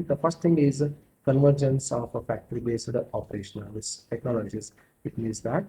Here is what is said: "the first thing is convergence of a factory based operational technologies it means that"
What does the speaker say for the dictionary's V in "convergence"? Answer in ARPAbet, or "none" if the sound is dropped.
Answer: V